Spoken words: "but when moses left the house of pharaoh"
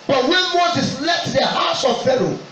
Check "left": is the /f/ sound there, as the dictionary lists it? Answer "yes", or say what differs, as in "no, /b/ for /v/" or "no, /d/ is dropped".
no, /f/ is dropped